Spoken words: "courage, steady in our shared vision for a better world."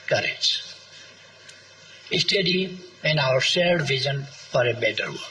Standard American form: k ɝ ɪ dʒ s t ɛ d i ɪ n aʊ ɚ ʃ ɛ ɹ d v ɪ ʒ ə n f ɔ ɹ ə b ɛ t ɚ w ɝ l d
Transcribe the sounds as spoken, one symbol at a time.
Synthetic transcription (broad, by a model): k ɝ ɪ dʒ s t ɛ d i ɪ n aʊ ɚ s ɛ l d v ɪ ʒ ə n f ɔ ɹ ə b ɛ t ɚ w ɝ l